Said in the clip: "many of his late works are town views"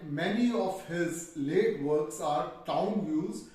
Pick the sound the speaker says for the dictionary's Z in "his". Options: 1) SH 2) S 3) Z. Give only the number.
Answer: 3